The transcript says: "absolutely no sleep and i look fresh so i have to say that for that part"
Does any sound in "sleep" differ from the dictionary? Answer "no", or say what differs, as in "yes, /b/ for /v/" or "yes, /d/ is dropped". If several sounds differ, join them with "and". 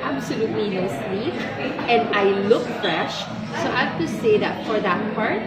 yes, /w/ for /l/